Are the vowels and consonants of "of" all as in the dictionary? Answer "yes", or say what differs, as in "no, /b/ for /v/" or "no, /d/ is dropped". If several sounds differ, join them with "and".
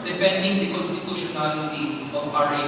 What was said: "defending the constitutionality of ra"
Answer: no, /p/ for /v/